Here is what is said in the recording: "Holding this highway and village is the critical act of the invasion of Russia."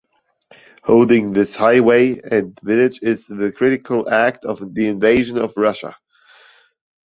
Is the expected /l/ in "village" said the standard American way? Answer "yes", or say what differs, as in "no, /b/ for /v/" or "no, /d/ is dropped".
no, /n/ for /l/